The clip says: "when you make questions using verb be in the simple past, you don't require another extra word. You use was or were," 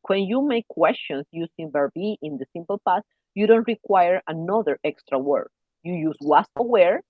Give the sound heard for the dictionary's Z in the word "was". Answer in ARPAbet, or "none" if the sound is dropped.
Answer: S